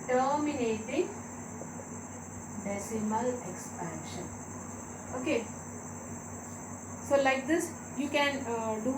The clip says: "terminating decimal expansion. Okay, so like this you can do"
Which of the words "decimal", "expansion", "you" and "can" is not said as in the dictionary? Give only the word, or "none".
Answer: none